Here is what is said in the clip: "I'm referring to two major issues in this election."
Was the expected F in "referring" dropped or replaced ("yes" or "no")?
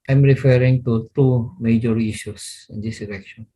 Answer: no